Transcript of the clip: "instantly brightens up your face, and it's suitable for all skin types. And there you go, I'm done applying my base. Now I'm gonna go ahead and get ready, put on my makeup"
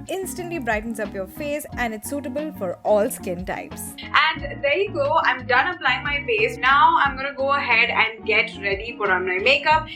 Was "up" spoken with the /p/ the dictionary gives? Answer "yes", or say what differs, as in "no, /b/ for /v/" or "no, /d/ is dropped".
yes